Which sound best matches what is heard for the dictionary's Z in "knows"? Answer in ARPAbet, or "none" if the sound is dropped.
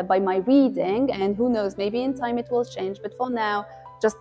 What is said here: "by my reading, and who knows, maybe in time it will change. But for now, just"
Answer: Z